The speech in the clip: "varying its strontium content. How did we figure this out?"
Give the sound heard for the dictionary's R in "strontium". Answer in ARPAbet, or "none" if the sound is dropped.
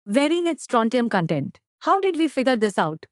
R